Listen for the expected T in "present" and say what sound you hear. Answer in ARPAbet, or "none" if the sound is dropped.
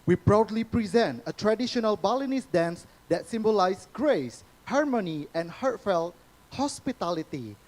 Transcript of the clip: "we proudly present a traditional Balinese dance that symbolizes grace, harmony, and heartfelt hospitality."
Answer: T